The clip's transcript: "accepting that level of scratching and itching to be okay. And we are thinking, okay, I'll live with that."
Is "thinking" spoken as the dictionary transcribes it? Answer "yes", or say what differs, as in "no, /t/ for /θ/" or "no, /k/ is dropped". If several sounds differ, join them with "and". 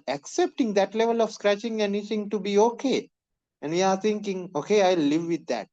no, /t/ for /θ/